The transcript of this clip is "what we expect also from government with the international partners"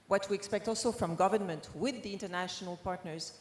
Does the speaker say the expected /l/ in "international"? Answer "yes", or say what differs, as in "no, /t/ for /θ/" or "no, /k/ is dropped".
yes